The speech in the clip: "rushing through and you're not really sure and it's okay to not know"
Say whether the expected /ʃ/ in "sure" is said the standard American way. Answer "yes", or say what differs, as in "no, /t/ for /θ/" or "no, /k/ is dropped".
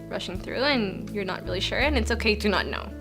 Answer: yes